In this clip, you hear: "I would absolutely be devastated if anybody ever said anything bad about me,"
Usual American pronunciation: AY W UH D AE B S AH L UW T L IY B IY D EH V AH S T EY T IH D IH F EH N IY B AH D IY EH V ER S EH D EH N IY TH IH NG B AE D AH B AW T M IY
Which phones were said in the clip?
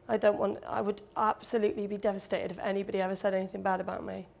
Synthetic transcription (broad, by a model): AY W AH D AE B S AH L UW T L IY B IY D EH V AH S T EY T IH D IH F EH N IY B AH D IY EH V ER S EH D EH N IY TH IH NG B AE D AH B AW T M IY